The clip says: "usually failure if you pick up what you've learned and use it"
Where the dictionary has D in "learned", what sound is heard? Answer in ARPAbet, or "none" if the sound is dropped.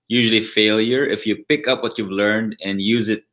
D